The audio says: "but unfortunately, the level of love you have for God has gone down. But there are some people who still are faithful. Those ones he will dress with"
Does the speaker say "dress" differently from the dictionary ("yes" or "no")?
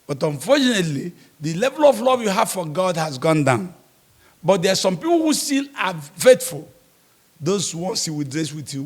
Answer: no